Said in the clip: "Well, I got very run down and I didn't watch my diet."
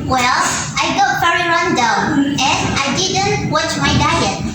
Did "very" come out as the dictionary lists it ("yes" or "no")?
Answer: no